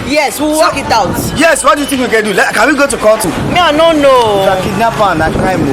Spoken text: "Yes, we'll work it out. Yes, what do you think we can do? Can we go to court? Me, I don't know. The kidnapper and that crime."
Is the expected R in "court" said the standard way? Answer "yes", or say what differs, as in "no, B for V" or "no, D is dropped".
no, L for R